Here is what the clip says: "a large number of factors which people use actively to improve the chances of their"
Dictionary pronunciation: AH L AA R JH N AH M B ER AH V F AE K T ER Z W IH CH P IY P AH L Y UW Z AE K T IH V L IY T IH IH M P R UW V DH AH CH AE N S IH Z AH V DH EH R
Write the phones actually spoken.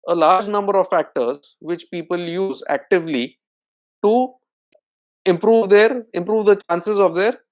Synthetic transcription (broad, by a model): AH L AA R JH N AH M B ER AH V F AE K T ER Z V IH CH P IY P AH L Y UW Z AE K T IH V L IY T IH IH M P R UW V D AH CH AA N S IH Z AH V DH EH R